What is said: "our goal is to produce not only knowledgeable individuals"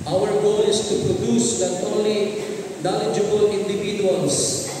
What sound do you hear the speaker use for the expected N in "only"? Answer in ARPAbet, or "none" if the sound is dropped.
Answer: none